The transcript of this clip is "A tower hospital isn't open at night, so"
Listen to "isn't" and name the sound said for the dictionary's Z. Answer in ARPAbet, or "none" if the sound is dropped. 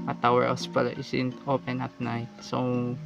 S